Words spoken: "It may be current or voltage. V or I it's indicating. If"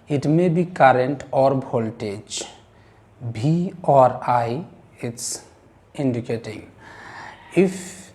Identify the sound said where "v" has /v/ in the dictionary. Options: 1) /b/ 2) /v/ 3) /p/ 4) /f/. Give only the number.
1